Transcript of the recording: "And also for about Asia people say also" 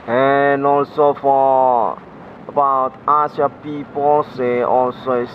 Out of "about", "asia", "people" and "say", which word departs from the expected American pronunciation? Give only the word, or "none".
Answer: asia